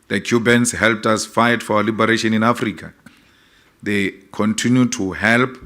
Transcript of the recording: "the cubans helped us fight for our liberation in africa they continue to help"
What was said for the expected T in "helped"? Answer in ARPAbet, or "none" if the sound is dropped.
T